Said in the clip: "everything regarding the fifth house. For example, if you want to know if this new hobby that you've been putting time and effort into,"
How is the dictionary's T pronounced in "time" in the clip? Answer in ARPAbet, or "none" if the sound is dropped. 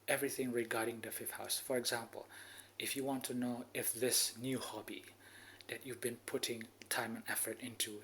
T